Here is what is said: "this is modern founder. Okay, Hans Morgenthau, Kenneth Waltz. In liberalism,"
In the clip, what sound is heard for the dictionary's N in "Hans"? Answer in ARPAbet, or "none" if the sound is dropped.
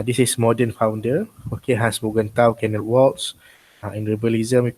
none